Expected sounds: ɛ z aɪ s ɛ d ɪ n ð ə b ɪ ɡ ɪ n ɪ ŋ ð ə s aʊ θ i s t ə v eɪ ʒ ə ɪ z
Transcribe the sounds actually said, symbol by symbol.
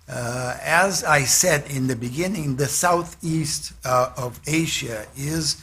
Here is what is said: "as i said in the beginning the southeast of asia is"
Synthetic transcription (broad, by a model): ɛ z aɪ s ɛ d ɪ n ð ə b ɪ ɡ ɪ n ɪ ŋ ð ə s aʊ θ i s t ə v eɪ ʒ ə ɪ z